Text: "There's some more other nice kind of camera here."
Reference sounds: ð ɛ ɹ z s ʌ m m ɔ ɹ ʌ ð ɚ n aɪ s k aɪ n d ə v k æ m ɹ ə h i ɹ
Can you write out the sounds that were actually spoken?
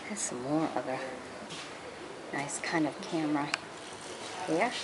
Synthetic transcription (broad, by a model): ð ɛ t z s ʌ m m ɔ ɹ ʌ ð ɚ n aɪ s k aɪ n d ə v k æ m ɹ ə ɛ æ